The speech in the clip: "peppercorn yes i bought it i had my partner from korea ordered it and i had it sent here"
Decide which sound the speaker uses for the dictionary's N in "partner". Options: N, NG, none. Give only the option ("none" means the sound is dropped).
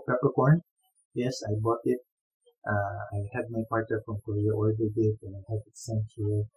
none